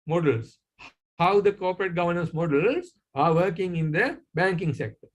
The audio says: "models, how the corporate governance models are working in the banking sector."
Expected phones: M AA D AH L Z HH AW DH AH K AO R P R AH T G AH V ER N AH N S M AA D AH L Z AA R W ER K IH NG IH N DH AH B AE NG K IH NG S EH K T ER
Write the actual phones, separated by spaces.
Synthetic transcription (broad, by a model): M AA D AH L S HH AW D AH K AO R P R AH T G AH V ER N AH N S M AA D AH L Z AA R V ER K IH NG IH N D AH B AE NG K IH NG S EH K T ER